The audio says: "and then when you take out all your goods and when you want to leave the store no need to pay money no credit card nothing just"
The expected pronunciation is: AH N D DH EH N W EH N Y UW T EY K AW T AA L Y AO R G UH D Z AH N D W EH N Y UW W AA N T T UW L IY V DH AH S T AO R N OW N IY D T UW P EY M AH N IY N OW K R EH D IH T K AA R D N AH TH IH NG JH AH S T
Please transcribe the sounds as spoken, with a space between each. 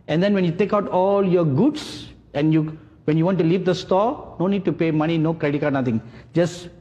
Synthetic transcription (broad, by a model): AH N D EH N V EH N Y UW T EY K AW T AA L Y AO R G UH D S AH N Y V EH N Y UW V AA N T T UW L IY V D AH S T AO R N OW N IY D T UW P EY M AH N IY N OW K R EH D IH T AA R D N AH T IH NG JH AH S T